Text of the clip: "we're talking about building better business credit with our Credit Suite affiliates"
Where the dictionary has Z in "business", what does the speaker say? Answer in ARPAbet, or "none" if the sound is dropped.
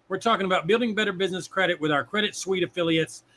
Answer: Z